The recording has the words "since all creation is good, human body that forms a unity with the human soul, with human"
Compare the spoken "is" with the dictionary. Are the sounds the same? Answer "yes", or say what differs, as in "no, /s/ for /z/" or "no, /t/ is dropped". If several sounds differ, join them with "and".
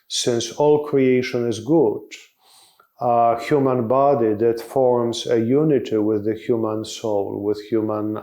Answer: yes